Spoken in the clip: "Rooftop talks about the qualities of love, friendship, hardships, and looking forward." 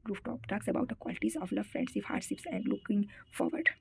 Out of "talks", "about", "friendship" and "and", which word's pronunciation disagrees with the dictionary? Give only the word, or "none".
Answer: friendship